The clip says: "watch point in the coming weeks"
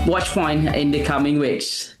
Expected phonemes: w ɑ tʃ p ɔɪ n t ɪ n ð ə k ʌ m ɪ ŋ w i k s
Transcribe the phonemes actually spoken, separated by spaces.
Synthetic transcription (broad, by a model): w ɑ tʃ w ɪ n ɪ n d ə k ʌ m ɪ ŋ w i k s